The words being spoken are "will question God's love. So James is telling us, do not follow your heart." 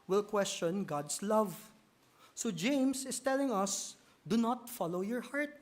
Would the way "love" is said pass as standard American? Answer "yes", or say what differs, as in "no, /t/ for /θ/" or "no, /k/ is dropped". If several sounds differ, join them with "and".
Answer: yes